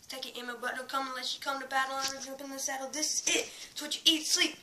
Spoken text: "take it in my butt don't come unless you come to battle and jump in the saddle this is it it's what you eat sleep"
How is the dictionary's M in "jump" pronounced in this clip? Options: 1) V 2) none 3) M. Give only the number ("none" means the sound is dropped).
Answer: 2